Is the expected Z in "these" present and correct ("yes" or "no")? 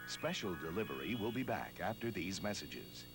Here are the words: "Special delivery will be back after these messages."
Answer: yes